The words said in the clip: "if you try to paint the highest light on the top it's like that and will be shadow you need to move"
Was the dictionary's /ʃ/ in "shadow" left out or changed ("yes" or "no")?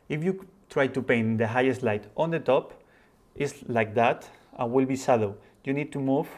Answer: yes